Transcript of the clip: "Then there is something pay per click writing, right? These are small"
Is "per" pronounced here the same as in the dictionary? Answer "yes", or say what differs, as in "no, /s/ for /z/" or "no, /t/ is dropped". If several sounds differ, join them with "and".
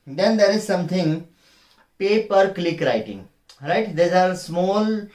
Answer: yes